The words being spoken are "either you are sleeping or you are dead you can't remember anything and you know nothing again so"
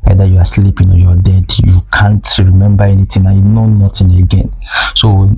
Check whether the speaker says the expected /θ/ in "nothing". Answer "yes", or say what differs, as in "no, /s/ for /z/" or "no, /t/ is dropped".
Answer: no, /t/ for /θ/